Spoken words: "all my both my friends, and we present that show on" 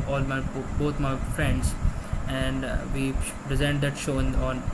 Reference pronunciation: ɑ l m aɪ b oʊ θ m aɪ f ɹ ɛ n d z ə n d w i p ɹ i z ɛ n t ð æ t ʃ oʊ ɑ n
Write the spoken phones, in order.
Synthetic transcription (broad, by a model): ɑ l m aɪ b oʊ t m aɪ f ɹ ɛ n d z ə n d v i p ɹ i z ɛ n t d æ t ʃ oʊ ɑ n